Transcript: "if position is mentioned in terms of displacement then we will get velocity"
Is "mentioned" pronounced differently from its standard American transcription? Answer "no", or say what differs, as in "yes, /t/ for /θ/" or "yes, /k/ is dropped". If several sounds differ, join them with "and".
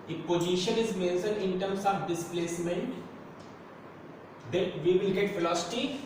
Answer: yes, /s/ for /ʃ/ and /d/ is dropped